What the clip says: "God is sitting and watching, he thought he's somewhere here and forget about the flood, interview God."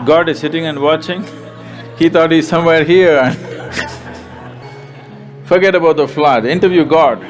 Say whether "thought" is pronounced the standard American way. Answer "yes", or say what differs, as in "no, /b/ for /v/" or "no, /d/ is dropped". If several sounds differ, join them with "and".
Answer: no, /t/ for /θ/